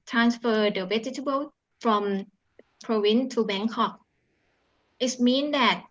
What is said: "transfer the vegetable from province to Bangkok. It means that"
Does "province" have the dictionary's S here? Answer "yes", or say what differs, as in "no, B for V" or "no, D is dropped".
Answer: no, S is dropped